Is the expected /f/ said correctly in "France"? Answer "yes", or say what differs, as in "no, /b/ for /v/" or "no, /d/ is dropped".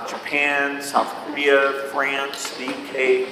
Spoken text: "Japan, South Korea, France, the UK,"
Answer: yes